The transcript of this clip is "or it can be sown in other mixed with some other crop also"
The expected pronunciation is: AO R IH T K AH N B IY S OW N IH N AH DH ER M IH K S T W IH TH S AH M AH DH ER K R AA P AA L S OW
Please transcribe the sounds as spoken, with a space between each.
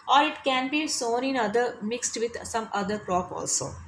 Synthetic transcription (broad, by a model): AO R IH T K AH N B IY S OW N IH N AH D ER M IH K S T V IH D S AH M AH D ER K R AA P AA L S OW